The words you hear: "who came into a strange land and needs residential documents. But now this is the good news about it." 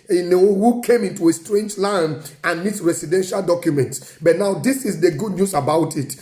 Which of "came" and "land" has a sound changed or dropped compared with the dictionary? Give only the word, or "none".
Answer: land